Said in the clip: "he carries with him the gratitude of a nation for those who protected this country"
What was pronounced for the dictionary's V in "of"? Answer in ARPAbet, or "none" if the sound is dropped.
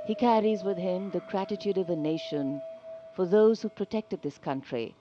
V